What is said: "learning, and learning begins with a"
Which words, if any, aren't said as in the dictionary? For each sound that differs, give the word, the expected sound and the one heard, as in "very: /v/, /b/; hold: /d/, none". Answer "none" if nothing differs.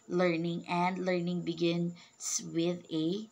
begins: /z/, /s/